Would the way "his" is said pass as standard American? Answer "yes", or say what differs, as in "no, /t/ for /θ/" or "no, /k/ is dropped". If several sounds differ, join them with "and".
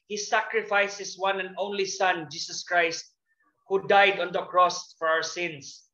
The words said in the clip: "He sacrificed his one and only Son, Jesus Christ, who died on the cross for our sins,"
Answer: no, /s/ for /z/